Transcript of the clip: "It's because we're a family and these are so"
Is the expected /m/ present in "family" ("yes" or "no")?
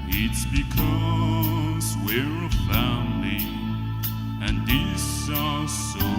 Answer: no